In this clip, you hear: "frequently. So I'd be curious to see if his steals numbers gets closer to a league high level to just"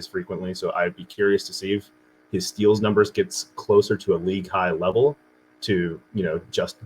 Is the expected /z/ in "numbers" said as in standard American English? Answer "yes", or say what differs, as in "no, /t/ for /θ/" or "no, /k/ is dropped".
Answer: yes